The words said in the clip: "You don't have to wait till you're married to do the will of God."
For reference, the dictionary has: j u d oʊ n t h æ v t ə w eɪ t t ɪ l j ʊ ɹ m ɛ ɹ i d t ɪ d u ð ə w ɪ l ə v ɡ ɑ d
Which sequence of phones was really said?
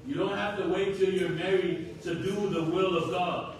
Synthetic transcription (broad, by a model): j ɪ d oʊ n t h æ f t ə w eɪ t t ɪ j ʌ ɹ m ɛ ɹ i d t ɪ d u ð ə w ɪ l ə v ɡ ɑ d